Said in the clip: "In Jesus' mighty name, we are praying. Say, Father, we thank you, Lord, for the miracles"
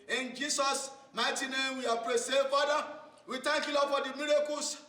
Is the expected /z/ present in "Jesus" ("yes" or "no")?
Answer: no